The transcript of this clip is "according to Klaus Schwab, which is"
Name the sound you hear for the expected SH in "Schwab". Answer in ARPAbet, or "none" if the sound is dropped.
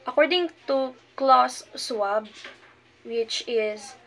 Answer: S